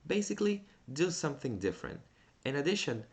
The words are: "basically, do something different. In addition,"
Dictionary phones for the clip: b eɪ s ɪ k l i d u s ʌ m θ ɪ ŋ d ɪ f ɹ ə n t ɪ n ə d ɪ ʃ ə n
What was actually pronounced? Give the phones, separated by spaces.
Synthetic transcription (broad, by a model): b eɪ s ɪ k l i d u s ʌ m θ ɪ ŋ d ɪ f ɹ ə n t ɪ n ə d ɪ ʃ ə n